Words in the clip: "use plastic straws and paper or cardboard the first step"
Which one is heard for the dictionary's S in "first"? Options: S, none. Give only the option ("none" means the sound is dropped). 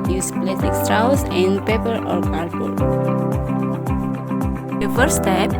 none